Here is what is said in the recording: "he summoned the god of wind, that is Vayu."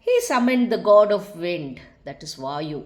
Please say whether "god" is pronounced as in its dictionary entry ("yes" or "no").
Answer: yes